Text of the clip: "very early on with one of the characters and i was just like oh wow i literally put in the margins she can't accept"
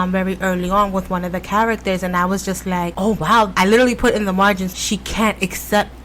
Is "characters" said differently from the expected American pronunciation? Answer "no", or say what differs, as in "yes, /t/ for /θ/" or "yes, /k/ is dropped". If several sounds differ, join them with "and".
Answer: no